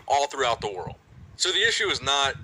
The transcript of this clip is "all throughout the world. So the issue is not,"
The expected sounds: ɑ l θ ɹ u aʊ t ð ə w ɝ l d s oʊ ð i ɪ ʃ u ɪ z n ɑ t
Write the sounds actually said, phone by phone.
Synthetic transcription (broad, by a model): ɑ l θ ɹ u aʊ t ð ə w ɝ l d s oʊ ð i ɪ ʃ u ɪ z n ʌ t